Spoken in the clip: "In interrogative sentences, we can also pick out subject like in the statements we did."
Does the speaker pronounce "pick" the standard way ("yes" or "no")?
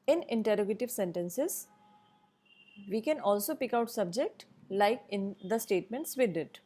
yes